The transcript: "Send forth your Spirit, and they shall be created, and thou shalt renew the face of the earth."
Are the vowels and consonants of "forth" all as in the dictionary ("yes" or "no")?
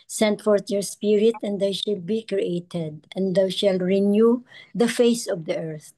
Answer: no